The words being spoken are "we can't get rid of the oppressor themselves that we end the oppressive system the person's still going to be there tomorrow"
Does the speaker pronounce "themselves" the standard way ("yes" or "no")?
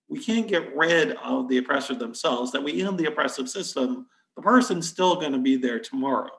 yes